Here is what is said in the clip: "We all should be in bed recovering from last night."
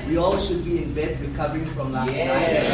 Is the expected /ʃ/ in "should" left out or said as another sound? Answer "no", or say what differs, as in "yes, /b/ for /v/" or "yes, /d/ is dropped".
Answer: no